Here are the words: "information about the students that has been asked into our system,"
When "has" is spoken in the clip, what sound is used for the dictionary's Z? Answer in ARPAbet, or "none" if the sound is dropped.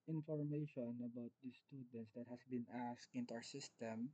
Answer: S